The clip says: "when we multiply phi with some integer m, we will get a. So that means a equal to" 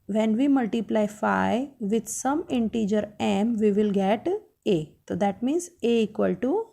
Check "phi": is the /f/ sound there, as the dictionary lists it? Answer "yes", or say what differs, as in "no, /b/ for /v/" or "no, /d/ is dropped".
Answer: yes